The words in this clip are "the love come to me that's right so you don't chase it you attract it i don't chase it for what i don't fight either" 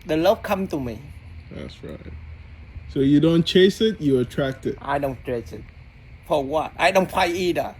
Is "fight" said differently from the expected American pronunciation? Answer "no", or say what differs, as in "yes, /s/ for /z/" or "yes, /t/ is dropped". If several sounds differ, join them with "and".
yes, /t/ is dropped